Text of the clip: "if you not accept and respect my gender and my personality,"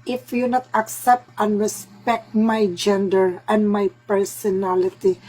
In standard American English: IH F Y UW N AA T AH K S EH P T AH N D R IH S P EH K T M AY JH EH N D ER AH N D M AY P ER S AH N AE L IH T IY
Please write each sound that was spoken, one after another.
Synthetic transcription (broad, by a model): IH F Y UW N AA T AH K S EH P T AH N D R IH S P EH K T M AY JH EH N D ER AH N D M AY P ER S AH N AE L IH T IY